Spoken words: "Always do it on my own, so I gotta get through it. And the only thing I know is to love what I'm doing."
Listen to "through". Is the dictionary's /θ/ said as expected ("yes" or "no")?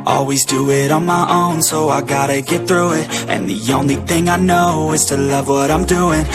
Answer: yes